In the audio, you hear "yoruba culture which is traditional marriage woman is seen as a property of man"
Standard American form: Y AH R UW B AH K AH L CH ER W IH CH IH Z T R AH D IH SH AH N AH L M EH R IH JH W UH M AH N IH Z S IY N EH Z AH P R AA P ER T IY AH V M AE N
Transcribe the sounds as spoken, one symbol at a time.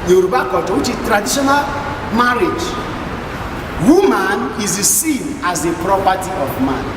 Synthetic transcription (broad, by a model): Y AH R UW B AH K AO CH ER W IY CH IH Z T R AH D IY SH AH N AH L M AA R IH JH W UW M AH N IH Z S IY N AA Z AH P R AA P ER T IY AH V M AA N